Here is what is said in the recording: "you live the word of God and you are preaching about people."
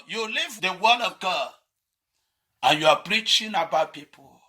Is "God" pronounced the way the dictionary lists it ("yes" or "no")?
no